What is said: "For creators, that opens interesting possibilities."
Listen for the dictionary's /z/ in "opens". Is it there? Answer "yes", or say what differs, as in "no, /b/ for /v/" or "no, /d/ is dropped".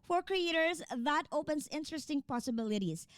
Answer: no, /s/ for /z/